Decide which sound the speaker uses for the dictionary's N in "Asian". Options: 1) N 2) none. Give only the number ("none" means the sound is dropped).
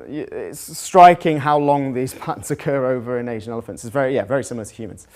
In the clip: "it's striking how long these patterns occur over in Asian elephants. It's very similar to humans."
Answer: 1